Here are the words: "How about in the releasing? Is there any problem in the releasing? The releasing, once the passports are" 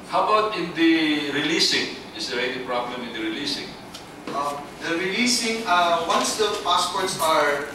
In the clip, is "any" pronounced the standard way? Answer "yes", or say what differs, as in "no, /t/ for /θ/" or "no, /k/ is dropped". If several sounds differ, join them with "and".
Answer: no, /l/ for /n/